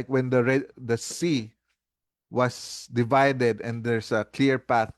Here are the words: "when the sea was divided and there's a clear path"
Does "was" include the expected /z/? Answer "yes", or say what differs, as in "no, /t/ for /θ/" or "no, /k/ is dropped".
no, /s/ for /z/